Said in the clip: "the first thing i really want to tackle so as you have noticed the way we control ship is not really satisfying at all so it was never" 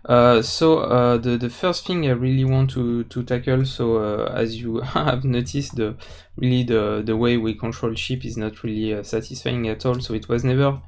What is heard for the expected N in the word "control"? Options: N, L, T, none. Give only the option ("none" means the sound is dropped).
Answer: N